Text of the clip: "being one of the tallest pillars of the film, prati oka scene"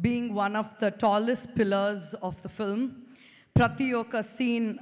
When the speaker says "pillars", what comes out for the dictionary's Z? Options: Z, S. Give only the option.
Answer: Z